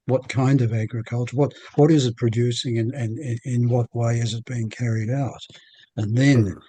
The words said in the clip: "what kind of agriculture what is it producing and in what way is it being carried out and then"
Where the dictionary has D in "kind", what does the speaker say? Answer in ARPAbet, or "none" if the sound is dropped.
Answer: D